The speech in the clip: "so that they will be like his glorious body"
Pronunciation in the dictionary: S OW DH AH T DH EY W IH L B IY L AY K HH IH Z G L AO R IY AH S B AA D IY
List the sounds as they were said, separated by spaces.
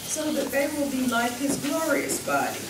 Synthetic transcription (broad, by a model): S OW DH AH T DH EY W IH L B IY L AY K HH IH Z G L AO R IY AH S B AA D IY